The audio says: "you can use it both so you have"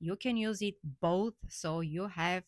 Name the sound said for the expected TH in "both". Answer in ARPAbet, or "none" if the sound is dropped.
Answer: TH